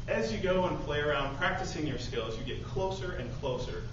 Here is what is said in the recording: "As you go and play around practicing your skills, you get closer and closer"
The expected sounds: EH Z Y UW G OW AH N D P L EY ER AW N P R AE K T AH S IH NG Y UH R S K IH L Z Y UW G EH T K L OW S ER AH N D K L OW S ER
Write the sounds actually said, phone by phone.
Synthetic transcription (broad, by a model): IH Z Y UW G OW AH N P L EY ER AW N P R AE K T AH S IH NG Y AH R S K IH L Z Y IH G EH T K L OW S ER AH N K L OW S ER